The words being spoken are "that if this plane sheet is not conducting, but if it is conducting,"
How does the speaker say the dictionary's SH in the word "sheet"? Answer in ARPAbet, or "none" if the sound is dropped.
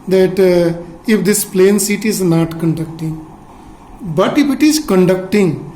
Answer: S